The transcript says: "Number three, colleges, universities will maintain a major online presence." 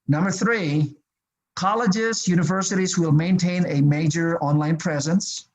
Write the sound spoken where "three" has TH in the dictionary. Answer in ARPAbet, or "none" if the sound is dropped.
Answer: TH